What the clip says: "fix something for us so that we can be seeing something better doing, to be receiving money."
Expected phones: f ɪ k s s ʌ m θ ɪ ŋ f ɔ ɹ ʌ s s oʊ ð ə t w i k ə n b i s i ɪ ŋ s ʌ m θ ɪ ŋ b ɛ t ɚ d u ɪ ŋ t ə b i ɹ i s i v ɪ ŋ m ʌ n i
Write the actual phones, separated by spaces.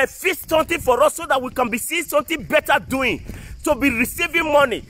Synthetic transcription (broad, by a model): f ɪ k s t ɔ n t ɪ f ɔ ɹ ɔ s s oʊ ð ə t w i k ə n b i s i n s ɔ m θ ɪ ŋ b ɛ t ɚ d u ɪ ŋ t ə b i ɹ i s i v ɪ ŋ m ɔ n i